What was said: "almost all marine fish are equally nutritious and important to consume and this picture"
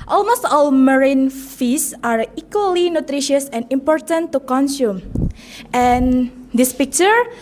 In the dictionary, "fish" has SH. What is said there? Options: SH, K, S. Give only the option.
S